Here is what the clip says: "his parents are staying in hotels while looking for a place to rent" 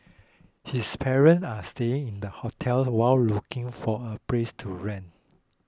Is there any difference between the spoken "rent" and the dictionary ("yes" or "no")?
yes